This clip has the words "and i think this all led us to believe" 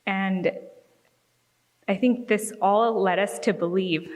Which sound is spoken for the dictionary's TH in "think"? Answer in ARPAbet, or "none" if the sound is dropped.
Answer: TH